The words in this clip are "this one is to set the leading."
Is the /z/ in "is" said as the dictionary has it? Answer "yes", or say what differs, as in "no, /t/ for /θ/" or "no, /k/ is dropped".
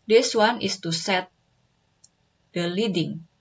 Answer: no, /s/ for /z/